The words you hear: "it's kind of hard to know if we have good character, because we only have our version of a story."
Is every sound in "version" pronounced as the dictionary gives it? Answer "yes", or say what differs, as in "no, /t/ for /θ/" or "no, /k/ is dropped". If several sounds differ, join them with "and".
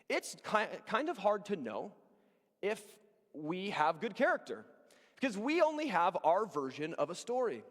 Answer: yes